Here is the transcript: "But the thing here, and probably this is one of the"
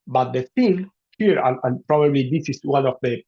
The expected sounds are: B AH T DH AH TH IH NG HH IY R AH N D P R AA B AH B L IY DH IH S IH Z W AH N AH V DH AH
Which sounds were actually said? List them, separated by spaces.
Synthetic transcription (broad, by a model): B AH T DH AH F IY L HH IY R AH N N P R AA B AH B L IY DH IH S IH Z W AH N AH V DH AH